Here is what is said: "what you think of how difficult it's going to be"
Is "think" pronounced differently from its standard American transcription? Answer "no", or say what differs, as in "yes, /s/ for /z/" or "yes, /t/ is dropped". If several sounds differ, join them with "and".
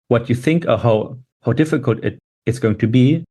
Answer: no